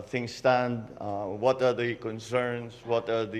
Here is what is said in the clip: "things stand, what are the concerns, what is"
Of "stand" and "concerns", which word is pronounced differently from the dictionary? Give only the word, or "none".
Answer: concerns